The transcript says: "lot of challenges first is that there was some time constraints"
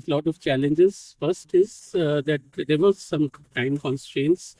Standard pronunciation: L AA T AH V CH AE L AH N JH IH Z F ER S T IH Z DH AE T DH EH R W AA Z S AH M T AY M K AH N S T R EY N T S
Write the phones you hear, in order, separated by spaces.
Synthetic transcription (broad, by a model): L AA T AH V CH AE L AH N JH IH Z F ER S T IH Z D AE T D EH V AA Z S AH M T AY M K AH N S T R EY N T S